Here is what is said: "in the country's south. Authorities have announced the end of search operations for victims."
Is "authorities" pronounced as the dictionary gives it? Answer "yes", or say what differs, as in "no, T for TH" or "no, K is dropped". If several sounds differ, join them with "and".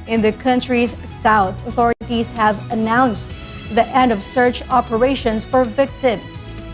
yes